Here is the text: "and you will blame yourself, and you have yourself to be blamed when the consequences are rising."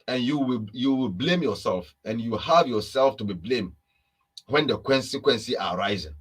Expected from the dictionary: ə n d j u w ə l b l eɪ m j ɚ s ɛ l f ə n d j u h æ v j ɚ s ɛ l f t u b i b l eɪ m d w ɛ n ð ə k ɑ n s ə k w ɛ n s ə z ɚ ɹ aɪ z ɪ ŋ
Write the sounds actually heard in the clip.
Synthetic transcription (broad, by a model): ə n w j u w ə l b l eɪ m j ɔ s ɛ l f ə n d j u h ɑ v j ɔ s ɛ l f t u b i b l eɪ m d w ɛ n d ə k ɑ n s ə k w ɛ n s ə ɚ ɹ aɪ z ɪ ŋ